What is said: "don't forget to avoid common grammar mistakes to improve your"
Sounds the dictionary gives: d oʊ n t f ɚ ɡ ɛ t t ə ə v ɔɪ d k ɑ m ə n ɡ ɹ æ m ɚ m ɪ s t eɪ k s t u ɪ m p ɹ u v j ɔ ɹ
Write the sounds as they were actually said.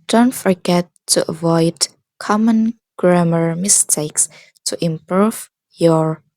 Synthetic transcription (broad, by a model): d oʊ n t f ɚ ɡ ɛ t t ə ə v ɔɪ d k ɑ m ə n ɡ ɹ æ m ɚ m ɪ s t eɪ k s t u ɪ m p ɹ u v j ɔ ɹ